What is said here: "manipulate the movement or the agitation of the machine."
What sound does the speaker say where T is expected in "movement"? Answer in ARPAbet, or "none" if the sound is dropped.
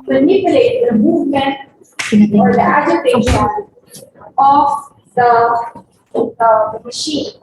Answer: none